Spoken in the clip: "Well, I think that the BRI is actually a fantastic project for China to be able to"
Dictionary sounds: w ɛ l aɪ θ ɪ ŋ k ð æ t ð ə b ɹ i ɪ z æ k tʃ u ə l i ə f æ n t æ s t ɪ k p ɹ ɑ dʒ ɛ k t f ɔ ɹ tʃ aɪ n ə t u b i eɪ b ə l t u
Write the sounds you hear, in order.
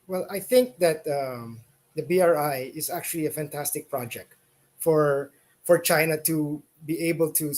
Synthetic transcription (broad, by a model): w ɛ l aɪ θ ɪ ŋ k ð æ t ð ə b ɹ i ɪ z æ k tʃ u ə l i ə f æ n t æ s t ɪ k p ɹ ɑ dʒ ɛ k t f ɔ ɹ tʃ aɪ n ə t u b i eɪ b ə l t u